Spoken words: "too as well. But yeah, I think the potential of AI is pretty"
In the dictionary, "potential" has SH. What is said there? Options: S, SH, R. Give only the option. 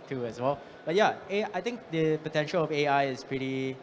SH